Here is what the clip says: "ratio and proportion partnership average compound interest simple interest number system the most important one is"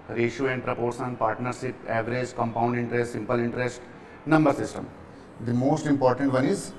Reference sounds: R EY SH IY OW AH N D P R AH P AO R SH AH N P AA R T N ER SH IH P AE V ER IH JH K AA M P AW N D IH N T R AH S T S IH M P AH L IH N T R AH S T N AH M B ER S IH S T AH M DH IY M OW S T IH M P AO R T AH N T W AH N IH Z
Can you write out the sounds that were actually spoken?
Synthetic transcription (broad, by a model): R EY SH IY AH N D P R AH P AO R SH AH N P AA R T N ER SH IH P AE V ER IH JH K AA M P AW N D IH N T R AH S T S IH M P AH L IH N T R AH S T N AH M B ER S IH S T AH M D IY M OW S T IH M P AO R T AH N T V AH N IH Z